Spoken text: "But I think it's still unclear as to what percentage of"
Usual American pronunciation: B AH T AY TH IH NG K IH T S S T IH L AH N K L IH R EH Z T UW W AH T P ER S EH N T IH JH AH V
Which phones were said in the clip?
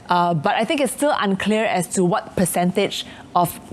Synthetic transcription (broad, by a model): B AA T AY TH IH NG K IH T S S T IH L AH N K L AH R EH S T UW W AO T P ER S EH N T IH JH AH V